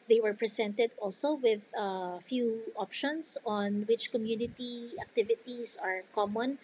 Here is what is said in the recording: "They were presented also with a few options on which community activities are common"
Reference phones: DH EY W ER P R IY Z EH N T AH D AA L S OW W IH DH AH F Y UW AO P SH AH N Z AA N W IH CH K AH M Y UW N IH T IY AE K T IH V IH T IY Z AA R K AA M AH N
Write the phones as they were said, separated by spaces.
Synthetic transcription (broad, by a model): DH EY W ER P R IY S EH N T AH D AA L S OW W IH DH AH F Y UW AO P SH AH N S AA N W IH CH K AH M Y UW N IH T IY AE K T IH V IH T IY S AA R K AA M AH N